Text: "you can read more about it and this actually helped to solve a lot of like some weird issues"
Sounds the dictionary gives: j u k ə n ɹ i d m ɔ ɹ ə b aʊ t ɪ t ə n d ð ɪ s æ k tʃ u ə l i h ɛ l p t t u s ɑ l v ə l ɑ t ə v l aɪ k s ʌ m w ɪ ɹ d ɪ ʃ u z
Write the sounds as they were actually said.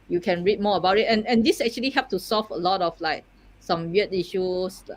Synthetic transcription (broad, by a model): j u k ə n ɹ i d m ɔ ə b aʊ t ɪ t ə n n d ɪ s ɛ k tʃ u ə l i h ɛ p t t u s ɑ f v ə l ɑ t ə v l aɪ k s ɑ m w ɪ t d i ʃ u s